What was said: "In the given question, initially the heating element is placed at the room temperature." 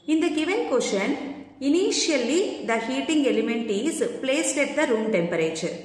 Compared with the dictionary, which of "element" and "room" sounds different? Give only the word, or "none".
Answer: none